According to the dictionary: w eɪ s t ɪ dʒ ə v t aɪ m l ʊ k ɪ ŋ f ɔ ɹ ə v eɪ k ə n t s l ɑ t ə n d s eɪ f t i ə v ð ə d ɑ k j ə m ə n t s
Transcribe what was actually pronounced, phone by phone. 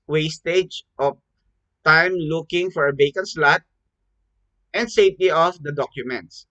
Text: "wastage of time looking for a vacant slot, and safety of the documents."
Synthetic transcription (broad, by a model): w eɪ s t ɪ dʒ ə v t aɪ m l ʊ k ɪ ŋ f ɔ ɹ ə b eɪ k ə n s l ɑ t ə n d s eɪ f t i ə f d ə d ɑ k j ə m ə n t s